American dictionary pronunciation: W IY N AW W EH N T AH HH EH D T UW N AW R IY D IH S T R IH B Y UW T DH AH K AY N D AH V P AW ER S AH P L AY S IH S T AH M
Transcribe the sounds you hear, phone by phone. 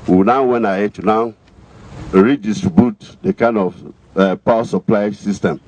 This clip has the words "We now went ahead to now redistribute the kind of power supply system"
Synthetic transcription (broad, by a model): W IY N AW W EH N AH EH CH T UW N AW R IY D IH S T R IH B Y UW T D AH K AY N D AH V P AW S AH P L AY S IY S T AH M